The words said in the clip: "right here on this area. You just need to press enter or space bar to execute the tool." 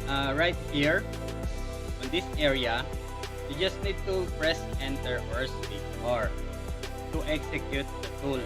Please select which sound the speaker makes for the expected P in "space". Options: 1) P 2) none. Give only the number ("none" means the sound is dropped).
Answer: 2